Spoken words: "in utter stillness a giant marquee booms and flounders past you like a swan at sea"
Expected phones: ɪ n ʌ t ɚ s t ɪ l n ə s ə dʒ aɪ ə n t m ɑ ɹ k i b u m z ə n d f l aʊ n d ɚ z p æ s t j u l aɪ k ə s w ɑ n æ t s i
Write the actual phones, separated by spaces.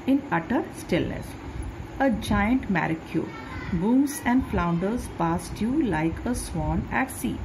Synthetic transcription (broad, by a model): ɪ n ʌ t ɚ s t ɪ l n ə s ə dʒ aɪ ə n t m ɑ ɹ k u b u m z ə n d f l aʊ n d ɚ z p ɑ s t j u l aɪ k ə s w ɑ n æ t s i